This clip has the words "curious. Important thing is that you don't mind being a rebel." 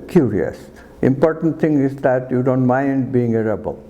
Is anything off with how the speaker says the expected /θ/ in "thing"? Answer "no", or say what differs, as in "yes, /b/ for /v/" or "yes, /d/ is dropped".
yes, /t/ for /θ/